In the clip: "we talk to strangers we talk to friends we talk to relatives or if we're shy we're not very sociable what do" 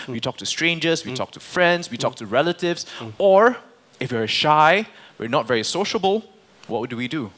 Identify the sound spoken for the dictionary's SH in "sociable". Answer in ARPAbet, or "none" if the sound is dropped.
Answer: SH